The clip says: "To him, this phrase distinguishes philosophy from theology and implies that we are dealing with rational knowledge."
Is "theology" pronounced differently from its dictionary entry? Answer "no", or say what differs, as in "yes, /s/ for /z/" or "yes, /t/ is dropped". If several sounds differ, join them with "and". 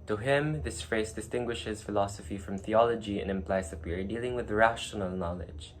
no